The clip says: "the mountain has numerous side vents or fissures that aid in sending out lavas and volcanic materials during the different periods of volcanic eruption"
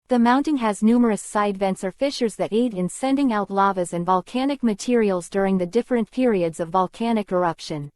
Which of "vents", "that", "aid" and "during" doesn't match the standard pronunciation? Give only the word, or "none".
none